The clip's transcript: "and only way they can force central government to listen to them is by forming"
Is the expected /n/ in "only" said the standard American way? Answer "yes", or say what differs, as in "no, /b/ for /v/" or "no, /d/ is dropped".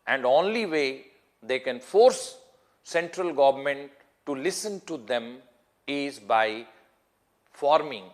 yes